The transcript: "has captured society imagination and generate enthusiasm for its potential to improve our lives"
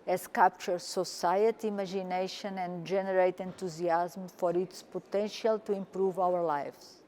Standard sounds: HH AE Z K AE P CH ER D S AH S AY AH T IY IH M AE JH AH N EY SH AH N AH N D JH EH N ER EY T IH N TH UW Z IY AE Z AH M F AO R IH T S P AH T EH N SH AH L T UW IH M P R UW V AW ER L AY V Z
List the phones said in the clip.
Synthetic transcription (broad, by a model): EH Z K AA P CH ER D S AH S AY AH T IY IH M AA ZH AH N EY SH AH N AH N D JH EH N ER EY T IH N T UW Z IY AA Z M F AO R IH T S P AH T EH N SH AH L T UW IH M P R UW V AW ER L AY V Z